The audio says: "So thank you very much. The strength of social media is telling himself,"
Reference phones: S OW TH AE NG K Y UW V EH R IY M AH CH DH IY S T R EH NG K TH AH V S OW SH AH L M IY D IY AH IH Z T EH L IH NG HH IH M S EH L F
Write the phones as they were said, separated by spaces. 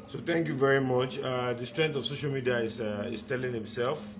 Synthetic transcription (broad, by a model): S OW T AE NG K Y UW V EH R IY M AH CH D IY S T R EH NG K T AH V S OW SH AH L M IY D IY AH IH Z T EH L IH NG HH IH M S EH L F